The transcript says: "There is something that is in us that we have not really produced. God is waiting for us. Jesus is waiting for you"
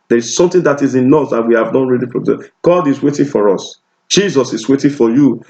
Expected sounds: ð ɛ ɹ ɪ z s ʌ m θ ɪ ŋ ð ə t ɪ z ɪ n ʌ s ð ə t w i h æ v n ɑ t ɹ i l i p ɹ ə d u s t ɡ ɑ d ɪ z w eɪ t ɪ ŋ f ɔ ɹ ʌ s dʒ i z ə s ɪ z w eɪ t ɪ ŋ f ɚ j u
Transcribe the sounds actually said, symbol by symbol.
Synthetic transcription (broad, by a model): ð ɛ ɹ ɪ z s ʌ m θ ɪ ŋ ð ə t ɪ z ɪ n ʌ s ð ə t w i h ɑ v n ɑ t ɹ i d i f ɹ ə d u ɡ ɑ d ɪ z w eɪ t ɪ ŋ f ɔ ɹ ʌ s dʒ i z ə s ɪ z w eɪ t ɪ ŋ f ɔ j u